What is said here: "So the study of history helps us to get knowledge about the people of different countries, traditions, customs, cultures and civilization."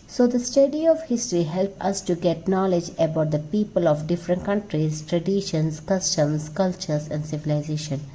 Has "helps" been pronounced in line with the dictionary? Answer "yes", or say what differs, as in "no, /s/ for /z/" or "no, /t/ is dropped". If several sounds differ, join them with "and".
no, /s/ is dropped